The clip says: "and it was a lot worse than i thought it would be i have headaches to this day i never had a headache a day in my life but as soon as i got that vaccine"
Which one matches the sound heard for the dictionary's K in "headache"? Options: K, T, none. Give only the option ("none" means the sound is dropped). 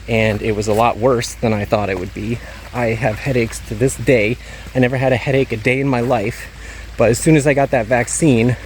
K